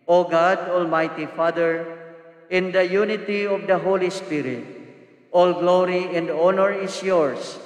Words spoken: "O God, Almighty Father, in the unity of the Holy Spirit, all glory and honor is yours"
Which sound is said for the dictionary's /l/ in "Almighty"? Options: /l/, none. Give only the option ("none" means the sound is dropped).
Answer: /l/